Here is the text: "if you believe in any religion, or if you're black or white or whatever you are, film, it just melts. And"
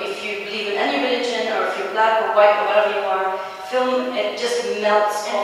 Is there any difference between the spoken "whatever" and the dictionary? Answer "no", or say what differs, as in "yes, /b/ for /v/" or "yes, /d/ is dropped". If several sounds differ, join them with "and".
yes, /v/ is dropped